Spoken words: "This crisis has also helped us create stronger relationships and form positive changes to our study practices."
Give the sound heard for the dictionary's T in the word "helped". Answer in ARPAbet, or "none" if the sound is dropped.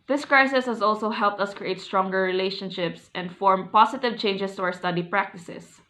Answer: T